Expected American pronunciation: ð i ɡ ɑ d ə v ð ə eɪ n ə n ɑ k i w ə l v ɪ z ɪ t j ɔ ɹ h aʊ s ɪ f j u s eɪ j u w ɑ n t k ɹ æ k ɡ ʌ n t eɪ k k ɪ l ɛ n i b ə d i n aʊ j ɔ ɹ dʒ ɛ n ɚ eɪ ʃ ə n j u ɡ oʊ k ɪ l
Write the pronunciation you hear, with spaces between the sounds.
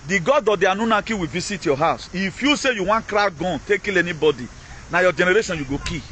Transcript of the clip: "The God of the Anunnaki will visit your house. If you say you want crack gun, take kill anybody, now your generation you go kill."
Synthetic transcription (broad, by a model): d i ɡ ɑ d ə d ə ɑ n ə n ɑ k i w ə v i s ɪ t j ɔ h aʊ s ɪ f j u s eɪ j u w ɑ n k ɹ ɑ ɡ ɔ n t eɪ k k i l ɛ n i b ə d i n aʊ j ɔ dʒ ɛ n ɚ eɪ ʃ ə n j u ɡ oʊ k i